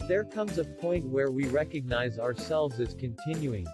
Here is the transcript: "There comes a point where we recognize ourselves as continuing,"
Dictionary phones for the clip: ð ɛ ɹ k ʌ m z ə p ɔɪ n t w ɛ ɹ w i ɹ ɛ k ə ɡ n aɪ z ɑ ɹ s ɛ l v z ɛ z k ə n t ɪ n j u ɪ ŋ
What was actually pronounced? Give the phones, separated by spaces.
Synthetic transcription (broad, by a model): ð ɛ ɹ k ʌ m z ə p ɔɪ n t w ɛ ɹ w i ɹ ɛ k ə ɡ n aɪ z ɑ ɹ s ɛ l v z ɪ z k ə n t ɪ n j u ɪ ŋ